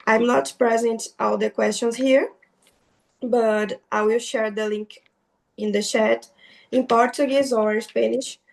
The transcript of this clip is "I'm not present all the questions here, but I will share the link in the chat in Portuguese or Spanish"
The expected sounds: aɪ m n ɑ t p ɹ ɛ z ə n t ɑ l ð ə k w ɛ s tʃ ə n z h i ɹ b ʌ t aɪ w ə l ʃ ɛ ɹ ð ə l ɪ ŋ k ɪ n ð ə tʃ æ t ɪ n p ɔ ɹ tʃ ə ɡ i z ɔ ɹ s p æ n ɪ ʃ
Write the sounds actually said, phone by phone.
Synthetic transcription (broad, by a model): aɪ m n ɑ t p ɹ ɛ z ə n t ɑ l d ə k w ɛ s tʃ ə n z h i ɹ b ʌ t aɪ w ə l ʃ ɛ ɹ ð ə l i ŋ k ɪ n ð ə ʃ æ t ɪ n p ɔ ɹ tʃ ə ɡ i z ɔ ɹ s p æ n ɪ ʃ